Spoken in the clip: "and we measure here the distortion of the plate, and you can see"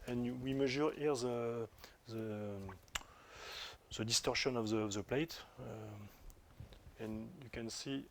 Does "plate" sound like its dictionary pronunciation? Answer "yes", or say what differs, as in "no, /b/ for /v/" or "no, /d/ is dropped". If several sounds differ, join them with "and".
yes